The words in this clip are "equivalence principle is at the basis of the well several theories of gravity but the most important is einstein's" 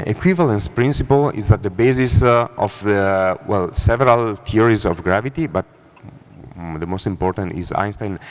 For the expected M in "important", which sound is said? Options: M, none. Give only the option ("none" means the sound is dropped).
M